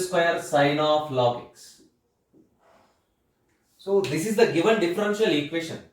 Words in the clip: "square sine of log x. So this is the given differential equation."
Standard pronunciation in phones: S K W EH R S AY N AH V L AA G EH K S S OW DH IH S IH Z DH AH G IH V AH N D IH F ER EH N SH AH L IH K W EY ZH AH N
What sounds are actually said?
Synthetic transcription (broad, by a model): S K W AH R S AY N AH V L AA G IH K S S OW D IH S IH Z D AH G IH V AH N D IH F ER EH N SH AH L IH K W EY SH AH N